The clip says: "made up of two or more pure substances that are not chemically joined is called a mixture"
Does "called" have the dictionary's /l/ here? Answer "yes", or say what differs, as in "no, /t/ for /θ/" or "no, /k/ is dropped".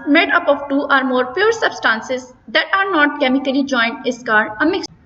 no, /l/ is dropped